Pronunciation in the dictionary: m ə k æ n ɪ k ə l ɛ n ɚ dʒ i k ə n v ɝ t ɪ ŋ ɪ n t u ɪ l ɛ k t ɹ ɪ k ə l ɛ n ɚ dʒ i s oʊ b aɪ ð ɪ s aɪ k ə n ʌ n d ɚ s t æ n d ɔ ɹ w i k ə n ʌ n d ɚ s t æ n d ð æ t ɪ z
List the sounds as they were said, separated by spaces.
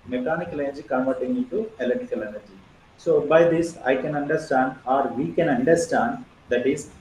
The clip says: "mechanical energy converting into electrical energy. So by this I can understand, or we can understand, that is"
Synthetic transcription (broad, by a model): m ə k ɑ n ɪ k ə l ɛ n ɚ dʒ i k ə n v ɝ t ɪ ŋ ɪ n t u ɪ l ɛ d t ɪ k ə l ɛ n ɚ dʒ i s oʊ b aɪ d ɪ s aɪ k ə n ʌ n d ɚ s t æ n d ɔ ɹ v i k ə n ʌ n d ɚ s t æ n d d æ t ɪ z